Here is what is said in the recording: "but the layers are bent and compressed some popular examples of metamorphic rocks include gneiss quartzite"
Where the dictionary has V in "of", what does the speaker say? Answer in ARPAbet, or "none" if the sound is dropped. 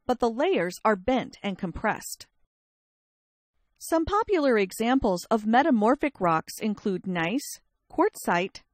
V